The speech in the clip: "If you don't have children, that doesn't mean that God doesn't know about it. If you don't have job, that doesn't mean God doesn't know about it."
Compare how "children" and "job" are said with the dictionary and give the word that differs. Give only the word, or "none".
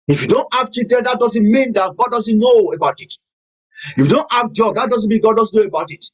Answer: children